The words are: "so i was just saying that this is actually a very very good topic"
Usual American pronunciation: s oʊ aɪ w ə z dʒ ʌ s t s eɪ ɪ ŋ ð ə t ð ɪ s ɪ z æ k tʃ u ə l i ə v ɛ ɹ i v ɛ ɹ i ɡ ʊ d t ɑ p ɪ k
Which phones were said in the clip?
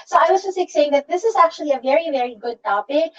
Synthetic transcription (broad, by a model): s oʊ aɪ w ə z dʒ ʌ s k s eɪ ɪ ŋ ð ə t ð ɪ s ɪ z æ k tʃ u ə l i ə v ɛ ɹ i v ɛ ɹ i ɡ ʊ d t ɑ p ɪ k